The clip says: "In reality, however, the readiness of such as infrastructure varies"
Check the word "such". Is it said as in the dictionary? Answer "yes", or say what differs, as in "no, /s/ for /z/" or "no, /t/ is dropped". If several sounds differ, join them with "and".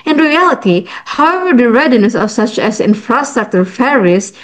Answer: yes